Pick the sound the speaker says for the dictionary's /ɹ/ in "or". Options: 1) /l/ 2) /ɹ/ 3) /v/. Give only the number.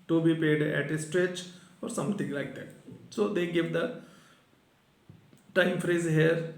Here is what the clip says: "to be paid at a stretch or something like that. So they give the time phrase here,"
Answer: 2